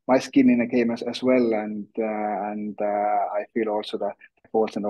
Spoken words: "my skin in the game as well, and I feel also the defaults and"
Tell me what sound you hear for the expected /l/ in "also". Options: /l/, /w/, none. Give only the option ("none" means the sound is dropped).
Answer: /l/